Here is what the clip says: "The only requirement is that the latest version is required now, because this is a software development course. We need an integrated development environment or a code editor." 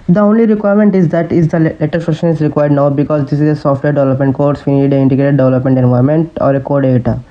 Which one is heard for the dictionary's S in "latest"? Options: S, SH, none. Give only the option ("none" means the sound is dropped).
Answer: none